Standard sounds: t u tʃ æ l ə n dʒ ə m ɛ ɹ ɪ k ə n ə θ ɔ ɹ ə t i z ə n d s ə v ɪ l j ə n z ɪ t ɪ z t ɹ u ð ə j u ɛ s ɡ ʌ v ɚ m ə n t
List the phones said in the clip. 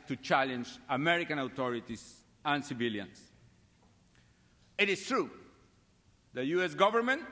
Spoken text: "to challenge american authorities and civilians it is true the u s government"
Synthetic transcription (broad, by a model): t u tʃ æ l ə n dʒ ə m ɛ ɹ ɪ k ə n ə t ɔ ɹ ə t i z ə n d s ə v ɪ l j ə n s ɪ t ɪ s t ɹ u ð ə j u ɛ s ɡ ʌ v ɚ m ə n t